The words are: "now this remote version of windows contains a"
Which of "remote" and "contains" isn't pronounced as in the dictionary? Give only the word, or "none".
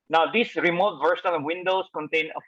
contains